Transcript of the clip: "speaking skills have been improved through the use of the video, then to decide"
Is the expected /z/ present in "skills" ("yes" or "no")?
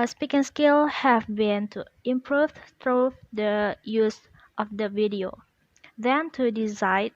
no